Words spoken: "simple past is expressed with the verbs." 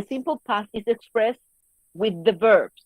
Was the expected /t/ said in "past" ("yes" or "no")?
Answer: no